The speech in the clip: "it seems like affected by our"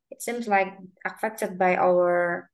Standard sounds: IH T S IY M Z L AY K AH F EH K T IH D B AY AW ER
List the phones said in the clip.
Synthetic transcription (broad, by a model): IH T S IY M Z L AY K AH F EH K T IH D B AY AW ER